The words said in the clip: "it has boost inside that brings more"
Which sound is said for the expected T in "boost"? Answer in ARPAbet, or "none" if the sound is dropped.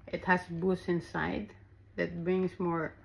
none